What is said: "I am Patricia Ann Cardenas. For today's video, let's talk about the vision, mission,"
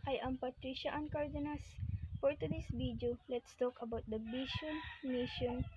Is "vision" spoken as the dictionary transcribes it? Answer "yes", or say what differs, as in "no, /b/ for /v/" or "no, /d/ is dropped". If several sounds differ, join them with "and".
no, /b/ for /v/ and /ʃ/ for /ʒ/